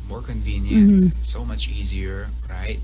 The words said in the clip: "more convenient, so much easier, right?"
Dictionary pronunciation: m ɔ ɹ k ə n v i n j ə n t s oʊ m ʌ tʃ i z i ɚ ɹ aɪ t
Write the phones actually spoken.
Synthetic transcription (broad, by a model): m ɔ ɹ k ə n v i n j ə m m s oʊ m ʌ tʃ i z i ɚ ɹ aɪ t